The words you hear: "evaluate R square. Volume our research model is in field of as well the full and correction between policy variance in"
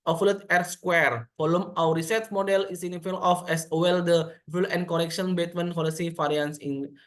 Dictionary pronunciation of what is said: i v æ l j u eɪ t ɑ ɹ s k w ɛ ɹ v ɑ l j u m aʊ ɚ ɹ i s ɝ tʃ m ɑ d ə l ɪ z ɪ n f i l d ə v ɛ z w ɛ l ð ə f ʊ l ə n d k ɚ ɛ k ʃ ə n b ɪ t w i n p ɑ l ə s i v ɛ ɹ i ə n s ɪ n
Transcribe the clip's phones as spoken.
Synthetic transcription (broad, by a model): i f l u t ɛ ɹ s k w ɛ ɹ f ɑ l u m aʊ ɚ ɹ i s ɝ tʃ m ɑ d ə l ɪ s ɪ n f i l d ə f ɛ s w ɛ l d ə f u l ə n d k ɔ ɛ k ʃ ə n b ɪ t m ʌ n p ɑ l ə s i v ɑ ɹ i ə n s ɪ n